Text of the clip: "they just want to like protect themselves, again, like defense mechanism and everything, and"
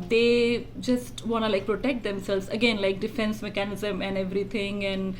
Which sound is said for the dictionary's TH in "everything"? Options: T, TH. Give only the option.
T